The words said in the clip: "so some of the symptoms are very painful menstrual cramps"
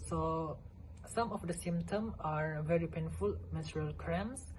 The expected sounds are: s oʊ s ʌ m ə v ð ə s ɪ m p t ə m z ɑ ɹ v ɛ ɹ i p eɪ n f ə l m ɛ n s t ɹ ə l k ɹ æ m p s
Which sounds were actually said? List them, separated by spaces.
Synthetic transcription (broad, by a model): s oʊ s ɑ m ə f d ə s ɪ m t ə m ɑ ɹ v ɛ ɹ i p eɪ n f ə l m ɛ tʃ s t ɹ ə l k ɹ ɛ m s